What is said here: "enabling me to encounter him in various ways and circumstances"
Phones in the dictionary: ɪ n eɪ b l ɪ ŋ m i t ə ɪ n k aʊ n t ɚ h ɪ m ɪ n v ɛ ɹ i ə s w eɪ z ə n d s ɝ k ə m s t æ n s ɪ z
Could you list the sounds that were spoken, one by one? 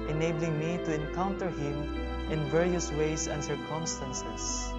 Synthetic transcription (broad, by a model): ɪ n eɪ b l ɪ ŋ m i t ə ɪ n k aʊ n t ɚ h ɪ m ɪ n v ɛ ɹ i ə s w eɪ s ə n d s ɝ k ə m s t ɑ n s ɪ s